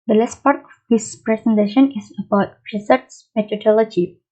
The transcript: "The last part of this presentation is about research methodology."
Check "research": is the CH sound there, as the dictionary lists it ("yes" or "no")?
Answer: no